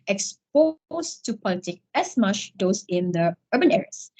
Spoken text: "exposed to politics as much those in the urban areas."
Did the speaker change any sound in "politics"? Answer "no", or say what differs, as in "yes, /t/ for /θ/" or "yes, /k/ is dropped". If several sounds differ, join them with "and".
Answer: yes, /s/ is dropped